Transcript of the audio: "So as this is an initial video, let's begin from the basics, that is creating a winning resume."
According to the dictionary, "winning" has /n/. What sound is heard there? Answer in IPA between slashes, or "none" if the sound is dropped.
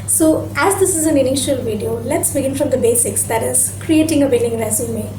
/l/